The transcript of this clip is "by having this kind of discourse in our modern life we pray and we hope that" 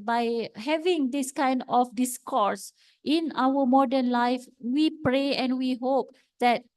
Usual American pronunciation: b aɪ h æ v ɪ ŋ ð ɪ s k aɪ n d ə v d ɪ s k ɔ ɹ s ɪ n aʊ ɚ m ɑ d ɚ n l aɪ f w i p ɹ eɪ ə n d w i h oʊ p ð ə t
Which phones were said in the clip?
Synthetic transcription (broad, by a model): b aɪ h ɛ v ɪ ŋ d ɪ s k aɪ n d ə f d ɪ s k ɔ ɹ s ɪ n aʊ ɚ m ɑ d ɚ n l aɪ f w i p ɹ eɪ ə n w i h oʊ p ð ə t